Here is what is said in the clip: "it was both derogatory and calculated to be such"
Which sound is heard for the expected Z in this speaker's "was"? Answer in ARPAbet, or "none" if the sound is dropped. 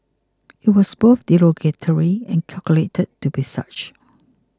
S